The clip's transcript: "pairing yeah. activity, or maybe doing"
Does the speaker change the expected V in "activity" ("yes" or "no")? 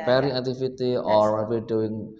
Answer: yes